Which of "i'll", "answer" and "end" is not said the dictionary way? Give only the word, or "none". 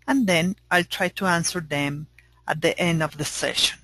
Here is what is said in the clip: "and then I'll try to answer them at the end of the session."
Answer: none